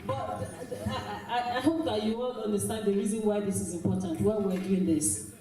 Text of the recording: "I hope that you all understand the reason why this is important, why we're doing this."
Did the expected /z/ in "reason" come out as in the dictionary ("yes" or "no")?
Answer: yes